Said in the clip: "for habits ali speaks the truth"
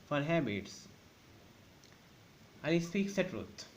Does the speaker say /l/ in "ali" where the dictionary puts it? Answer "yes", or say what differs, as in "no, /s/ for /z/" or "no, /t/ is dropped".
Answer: no, /l/ is dropped